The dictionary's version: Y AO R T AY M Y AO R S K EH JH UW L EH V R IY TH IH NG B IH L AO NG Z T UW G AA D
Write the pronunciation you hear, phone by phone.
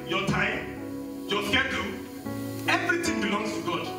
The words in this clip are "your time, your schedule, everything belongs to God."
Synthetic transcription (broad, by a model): Y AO T AY M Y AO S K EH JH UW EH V R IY T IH NG B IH L AO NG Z T UW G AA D